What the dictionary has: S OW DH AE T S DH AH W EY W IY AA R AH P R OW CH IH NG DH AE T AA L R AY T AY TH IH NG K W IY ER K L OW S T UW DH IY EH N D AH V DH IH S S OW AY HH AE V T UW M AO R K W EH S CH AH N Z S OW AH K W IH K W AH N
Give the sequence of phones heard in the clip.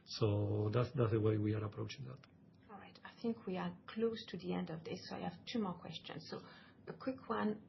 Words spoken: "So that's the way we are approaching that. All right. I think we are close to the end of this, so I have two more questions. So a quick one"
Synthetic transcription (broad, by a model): S OW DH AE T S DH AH W EY W IY AA R AH P R OW CH IH NG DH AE T AA L R AY T AY TH IH NG K W IY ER K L OW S T UW DH IY EH N D AH V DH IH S S OW AY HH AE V T UW M AO R K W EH S CH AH N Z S OW AH K W IH K W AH N